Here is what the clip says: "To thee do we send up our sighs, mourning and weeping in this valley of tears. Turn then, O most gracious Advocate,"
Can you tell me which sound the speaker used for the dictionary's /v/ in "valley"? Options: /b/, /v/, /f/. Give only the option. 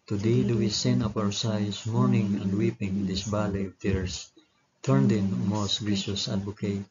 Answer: /b/